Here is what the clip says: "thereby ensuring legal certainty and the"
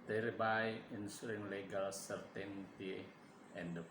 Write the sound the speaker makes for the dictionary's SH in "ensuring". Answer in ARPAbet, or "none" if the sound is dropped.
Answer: S